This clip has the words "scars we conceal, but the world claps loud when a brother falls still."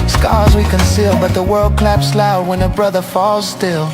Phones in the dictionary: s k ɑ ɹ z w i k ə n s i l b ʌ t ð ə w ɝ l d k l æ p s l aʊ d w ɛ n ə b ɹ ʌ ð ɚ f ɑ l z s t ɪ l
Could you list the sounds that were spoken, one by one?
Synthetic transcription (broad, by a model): s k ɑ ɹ z w i k ə n s i l b ʌ t ð ə w ɝ l d k l æ p s l aʊ d w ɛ n ə b ɹ ʌ ð ɚ f ɑ l z s t ɪ l